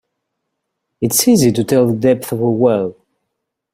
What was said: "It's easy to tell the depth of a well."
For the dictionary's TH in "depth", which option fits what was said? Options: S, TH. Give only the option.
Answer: TH